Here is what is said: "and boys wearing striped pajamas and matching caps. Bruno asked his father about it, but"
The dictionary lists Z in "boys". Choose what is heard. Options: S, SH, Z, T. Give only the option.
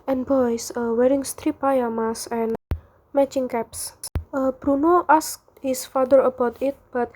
S